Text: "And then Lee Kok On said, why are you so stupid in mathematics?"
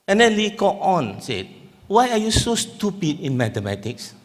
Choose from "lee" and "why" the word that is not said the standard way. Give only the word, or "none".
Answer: none